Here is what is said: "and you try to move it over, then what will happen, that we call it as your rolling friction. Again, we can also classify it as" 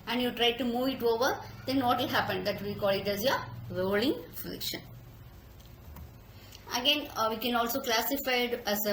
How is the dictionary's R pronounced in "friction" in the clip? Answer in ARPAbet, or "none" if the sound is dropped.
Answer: L